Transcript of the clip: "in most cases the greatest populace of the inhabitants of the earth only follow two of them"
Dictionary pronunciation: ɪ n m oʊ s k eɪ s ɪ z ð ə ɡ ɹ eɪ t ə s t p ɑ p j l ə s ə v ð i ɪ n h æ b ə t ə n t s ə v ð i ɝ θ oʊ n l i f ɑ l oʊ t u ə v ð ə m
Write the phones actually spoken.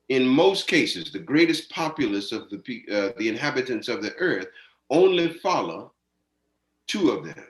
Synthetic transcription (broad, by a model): ɪ n m oʊ s k eɪ s ɪ z ð ə ɡ ɹ eɪ t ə s p ɑ p j l ə s ə v ð i ɪ n h æ b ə t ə n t s ə v ð i ɝ θ oʊ n l i f ɑ l oʊ t u ə v ð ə m